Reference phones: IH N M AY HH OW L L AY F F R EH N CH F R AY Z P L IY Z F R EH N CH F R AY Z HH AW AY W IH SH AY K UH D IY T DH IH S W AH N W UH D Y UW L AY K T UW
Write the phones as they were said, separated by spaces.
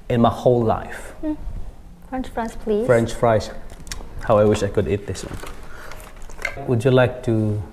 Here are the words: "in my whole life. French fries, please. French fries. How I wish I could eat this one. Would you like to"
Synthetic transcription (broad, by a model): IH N M AY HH OW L L AY F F R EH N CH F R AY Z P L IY F R EH N CH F R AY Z HH AW AY W IH SH AY K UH D IY T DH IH S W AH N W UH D Y UW L AY K T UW